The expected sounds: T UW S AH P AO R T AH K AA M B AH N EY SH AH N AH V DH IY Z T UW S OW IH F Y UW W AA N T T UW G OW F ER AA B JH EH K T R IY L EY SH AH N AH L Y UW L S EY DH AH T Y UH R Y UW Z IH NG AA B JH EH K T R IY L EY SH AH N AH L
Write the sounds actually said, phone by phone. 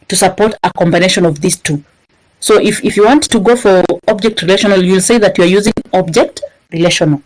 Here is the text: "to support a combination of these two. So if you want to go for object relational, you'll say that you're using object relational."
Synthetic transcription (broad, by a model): T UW S AH P AO R T AH K AA M B AH N EY SH AH N AH V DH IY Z T UW S OW IH F Y UW W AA N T T UW G OW F ER AA B JH EH K T R IY L EY SH AH N AH L Y UW L S EY DH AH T Y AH R Y UW Z IH NG AA B JH EH K T R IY L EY SH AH N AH L